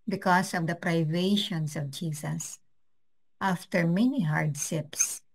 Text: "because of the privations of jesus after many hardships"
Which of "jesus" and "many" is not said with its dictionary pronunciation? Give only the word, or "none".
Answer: jesus